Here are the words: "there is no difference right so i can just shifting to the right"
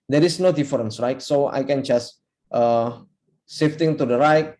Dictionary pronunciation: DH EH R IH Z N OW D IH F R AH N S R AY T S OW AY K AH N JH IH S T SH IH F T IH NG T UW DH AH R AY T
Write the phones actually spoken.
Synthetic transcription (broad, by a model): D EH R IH S N OW D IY F R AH N S R AY T S OW AY K AH N JH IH S T S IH F T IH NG T UW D AH R AY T